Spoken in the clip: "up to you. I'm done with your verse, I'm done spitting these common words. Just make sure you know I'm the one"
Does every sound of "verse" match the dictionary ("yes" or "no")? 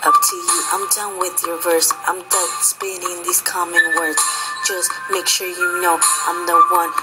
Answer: yes